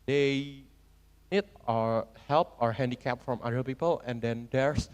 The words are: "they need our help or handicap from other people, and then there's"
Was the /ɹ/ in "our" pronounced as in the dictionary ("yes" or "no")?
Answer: yes